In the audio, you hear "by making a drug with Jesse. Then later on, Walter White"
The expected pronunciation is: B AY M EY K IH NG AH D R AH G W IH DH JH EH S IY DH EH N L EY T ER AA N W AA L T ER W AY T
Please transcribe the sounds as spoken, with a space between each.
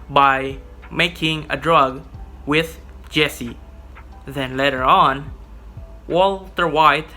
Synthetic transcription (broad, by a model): B AY M EY K IH NG AH D R AH G W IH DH JH EH S IY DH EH N L EY T ER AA N W AA L T ER W AY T